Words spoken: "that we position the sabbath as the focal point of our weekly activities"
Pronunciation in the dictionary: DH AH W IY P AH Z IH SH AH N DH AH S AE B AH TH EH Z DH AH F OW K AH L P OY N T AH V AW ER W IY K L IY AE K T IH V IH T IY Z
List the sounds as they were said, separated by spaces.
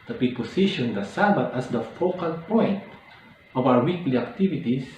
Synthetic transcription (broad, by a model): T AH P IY P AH S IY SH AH N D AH S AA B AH T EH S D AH F OW K AH L P OY N T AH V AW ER W IY K L IY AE K T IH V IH T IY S